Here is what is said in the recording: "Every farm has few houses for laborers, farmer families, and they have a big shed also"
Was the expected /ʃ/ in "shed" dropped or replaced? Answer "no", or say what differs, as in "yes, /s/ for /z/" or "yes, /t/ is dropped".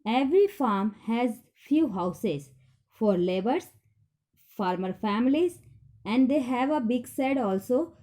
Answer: yes, /s/ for /ʃ/